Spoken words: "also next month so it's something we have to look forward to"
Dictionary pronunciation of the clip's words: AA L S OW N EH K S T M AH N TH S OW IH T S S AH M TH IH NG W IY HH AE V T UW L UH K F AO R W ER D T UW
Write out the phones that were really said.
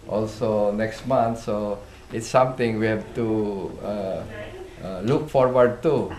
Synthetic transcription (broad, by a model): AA L S OW N EH K S T M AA N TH S OW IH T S S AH M T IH NG W IY HH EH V T UW L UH K F AO R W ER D T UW